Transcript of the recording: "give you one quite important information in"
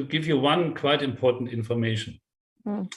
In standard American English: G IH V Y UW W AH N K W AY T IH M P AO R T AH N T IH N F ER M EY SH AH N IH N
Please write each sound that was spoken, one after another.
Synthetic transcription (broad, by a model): G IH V Y UW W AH N K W AY T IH M P AO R T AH N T IH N F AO M EY AH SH N